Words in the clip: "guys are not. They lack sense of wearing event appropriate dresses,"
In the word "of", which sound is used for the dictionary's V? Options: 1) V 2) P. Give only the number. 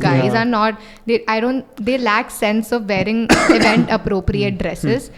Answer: 1